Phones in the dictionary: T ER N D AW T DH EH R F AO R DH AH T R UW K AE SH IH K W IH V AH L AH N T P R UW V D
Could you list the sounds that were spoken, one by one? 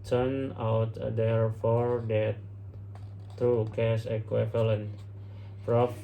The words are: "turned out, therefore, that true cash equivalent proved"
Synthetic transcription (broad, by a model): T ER N AW T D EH R F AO R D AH T R UW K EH S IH K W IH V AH L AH N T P R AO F